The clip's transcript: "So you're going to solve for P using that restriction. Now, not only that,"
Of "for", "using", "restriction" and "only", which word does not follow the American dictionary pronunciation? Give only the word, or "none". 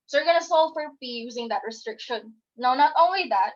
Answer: none